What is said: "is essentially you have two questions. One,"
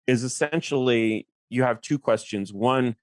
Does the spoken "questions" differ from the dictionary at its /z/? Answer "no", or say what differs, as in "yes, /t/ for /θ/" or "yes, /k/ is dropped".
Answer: no